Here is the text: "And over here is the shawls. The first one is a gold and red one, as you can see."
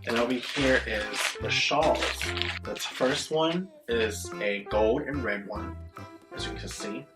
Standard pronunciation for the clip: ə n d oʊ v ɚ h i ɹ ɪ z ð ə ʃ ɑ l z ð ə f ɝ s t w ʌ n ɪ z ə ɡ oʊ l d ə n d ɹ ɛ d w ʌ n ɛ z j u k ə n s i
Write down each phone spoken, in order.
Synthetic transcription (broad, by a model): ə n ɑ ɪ b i h i ɹ ɪ z ð ə ʃ ɑ l z ð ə f ɝ s t w ʌ n ɪ z ə ɡ oʊ l d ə n ɹ ɛ d w ʌ n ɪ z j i k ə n s i